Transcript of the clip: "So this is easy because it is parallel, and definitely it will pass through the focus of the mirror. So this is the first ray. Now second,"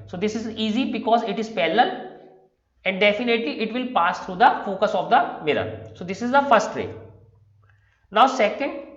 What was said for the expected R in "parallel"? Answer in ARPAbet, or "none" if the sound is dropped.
L